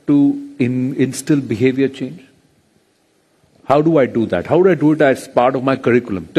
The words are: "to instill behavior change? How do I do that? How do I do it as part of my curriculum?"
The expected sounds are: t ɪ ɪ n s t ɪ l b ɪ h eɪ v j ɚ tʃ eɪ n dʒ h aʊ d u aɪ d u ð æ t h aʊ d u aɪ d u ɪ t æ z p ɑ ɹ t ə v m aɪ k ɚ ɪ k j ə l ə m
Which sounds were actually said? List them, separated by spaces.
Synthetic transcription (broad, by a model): t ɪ ɪ n s t ɪ l b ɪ h eɪ v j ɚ tʃ eɪ n dʒ h aʊ d u aɪ d u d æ t h aʊ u aɪ d u ɪ t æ s p ɑ ɹ t ə v m aɪ k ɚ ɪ k j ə l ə m